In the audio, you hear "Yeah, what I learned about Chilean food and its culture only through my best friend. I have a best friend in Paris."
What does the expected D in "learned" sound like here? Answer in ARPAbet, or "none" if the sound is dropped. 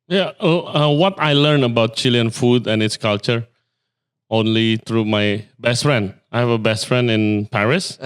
none